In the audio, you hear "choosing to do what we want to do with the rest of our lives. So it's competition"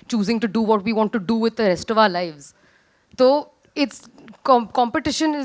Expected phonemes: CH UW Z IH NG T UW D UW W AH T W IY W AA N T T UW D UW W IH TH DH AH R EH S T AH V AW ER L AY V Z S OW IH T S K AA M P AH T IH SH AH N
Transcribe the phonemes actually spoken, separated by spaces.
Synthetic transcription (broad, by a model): CH UW Z IH NG T UW D UW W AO T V IY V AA N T T UW D UW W IH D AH R EH S T AH V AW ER L AY V Z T OW IH T S K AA M P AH T IH SH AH N